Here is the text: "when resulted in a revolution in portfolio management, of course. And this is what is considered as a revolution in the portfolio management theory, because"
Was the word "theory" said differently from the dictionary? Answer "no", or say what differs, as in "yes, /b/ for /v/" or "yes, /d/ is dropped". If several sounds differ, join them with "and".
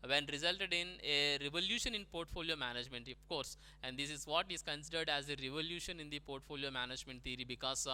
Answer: yes, /t/ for /θ/